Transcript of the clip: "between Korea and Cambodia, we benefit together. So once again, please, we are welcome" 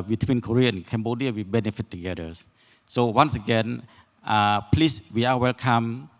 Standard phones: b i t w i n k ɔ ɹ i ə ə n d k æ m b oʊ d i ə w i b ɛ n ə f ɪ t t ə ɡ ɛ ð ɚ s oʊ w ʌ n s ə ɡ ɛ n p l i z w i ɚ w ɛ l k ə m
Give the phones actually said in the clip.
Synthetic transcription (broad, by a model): b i t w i n k ɔ ɹ i ə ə n k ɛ m b oʊ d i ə w i b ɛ n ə f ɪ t t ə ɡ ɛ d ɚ s oʊ w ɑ n s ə ɡ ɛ n p l i s w i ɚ w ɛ l k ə m